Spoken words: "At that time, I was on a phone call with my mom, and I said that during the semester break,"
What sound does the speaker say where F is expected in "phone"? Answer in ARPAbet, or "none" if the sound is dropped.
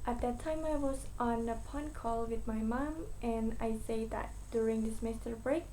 P